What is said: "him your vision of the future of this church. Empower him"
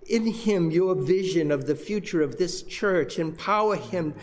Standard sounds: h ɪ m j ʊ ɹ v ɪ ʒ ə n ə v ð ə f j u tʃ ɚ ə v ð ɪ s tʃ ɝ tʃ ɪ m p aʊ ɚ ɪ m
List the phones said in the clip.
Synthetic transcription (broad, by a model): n ɪ m j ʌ ɹ v ɪ ʒ ə n ə v ð ə f j u tʃ ɚ ə v ð ɪ s tʃ ɝ tʃ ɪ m p aʊ ɚ ɪ m